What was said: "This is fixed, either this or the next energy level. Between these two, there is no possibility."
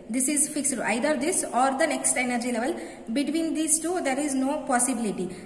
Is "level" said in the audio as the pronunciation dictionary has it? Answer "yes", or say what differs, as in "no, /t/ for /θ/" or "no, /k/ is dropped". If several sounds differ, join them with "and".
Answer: yes